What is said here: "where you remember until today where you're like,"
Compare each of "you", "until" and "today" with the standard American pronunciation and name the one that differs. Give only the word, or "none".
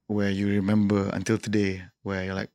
none